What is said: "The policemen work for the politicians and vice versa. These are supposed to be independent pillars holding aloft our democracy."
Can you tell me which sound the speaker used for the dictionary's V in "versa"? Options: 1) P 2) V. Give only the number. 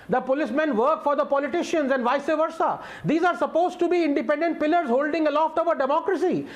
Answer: 2